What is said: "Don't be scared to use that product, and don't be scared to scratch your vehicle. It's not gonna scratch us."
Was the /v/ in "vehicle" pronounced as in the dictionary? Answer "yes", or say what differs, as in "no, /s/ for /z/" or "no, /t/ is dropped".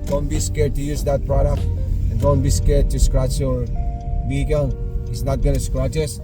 no, /b/ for /v/